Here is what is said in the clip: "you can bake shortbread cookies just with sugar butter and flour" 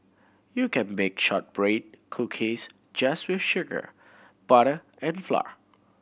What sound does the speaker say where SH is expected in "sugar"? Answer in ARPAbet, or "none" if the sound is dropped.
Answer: SH